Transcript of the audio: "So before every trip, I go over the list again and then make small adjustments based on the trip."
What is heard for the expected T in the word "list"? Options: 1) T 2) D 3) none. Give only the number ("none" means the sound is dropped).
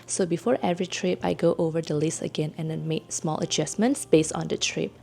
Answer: 3